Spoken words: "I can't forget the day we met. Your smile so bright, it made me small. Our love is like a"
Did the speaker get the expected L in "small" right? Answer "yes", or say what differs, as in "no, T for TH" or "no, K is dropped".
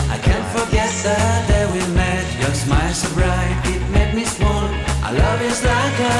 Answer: no, N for L